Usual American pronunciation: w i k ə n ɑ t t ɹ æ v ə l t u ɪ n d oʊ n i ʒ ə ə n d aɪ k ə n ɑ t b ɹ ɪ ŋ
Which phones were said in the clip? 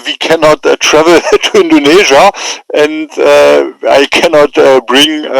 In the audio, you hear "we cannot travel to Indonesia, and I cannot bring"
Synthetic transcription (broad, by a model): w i k ə n ɑ t t ɹ æ v ə l t u ɪ n d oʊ n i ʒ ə ə n d aɪ k ə n ɑ t b ɹ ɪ ŋ